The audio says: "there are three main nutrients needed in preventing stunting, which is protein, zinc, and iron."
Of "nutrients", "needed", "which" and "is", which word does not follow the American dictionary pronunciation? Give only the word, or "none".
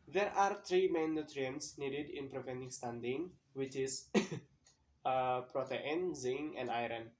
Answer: is